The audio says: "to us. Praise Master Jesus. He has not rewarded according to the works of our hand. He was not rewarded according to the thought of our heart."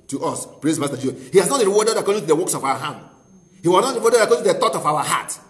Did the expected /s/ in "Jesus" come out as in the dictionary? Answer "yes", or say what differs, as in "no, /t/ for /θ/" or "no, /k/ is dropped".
no, /s/ is dropped